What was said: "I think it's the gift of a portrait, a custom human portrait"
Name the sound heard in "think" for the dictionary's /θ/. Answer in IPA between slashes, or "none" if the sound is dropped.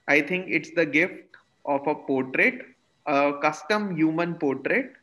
/t/